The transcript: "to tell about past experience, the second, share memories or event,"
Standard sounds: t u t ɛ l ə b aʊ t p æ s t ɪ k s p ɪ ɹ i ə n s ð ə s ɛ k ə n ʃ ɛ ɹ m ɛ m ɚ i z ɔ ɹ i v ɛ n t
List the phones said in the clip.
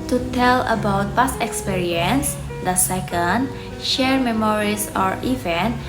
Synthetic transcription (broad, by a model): t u t ɛ l ə b aʊ t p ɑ s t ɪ k s p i ɹ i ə n s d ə s ɛ k ə n ʃ ɛ ɹ m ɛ m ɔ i s ɔ ɹ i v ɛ n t